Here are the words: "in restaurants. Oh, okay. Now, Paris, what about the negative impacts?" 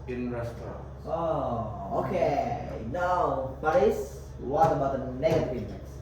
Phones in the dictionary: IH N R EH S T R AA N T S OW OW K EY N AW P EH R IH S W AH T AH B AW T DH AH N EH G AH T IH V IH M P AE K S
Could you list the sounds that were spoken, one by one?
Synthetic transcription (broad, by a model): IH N R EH S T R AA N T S OW OW K EY N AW B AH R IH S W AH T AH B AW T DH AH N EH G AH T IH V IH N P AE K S